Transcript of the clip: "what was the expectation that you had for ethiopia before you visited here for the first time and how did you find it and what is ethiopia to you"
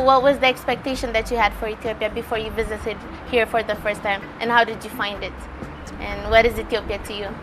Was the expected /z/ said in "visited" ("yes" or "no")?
yes